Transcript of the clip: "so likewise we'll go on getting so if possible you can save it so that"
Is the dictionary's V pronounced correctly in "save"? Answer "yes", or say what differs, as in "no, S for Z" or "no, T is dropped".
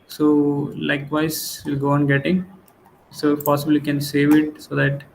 yes